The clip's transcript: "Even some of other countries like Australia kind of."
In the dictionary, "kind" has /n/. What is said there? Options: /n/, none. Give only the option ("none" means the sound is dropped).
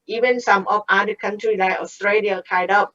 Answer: none